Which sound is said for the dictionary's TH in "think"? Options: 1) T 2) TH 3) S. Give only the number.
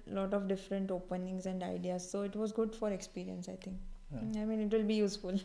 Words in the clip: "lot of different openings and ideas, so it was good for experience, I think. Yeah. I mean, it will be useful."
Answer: 1